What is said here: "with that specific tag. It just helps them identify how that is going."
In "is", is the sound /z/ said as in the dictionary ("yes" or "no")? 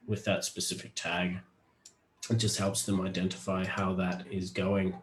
yes